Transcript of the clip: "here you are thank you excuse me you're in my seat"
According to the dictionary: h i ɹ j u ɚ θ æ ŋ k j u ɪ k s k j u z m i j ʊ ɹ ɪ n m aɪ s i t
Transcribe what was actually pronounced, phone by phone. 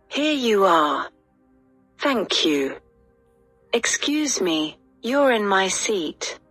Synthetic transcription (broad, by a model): h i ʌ j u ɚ θ æ ŋ k j u ɪ k s k j u z m i j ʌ ɹ ɪ n m aɪ s i t